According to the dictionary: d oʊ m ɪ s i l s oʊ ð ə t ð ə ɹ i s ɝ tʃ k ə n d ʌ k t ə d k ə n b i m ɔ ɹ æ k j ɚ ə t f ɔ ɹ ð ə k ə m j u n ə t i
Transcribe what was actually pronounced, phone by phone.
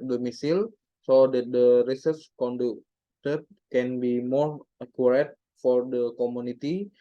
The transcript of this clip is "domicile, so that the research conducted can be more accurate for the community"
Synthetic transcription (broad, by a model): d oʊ m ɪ s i l s oʊ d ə t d ə ɹ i s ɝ s k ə n d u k t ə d k ə n b i m ɔ ɹ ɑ k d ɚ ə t f ɔ ɹ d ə k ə m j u n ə t i